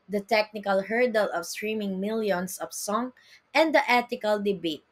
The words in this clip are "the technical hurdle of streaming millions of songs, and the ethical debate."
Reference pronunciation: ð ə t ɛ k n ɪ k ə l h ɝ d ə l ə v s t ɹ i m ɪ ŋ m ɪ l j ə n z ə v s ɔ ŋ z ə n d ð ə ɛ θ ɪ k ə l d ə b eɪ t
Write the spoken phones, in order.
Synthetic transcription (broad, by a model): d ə t ɛ k n ɪ k ə l h ɝ d ə l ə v s t ɹ i m ɪ ŋ m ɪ l j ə n s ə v s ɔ ŋ ə n d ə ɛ t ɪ k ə l d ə b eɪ t